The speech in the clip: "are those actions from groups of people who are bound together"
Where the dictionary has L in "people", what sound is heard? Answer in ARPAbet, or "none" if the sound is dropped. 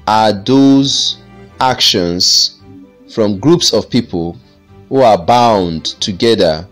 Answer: L